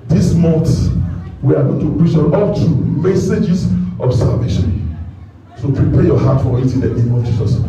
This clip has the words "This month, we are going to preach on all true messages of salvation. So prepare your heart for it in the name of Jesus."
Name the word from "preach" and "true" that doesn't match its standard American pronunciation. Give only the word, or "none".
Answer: true